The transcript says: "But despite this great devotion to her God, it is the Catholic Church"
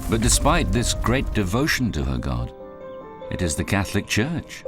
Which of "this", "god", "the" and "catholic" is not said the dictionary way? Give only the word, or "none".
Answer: none